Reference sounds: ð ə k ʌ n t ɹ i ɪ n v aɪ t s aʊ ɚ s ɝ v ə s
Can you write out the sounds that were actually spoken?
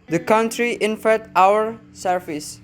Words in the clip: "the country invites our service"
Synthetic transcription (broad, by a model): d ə k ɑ n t ɹ i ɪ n f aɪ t aʊ ɚ s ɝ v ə s